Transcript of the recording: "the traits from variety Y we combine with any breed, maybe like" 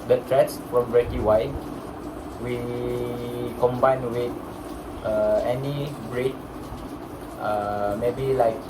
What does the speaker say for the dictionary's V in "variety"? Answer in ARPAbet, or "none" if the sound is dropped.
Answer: B